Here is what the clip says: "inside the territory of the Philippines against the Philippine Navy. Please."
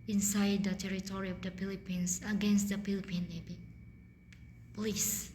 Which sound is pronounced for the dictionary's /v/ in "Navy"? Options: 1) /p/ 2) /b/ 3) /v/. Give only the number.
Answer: 2